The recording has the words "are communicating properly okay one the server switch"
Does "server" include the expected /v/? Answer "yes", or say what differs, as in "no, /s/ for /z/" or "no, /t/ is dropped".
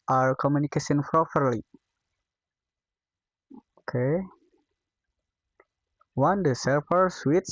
no, /p/ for /v/